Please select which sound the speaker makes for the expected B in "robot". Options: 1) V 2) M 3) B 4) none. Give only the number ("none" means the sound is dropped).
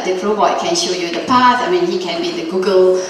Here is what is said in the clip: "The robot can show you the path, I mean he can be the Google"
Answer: 4